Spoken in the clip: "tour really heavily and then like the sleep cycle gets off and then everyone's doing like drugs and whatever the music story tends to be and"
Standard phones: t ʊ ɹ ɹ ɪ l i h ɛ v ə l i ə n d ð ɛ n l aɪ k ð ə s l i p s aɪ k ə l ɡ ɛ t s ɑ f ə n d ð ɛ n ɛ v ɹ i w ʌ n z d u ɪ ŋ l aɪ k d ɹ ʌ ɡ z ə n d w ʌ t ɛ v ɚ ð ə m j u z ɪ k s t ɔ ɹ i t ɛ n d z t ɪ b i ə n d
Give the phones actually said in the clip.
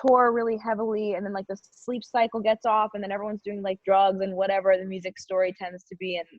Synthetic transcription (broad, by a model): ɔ ɹ ɹ ɪ l i h ɛ v l i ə n ð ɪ n l aɪ k ð ə s l i p s aɪ k l ɡ ɛ t s ɑ f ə n ð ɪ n ɛ v ɹ i w ʌ n z d u ɪ ŋ l aɪ k d ɹ ʌ ɡ z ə n w ʌ t ɛ v ɚ ð ə m j u z ɪ k s t ɔ ɹ i t ɛ n d z t ɪ b i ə n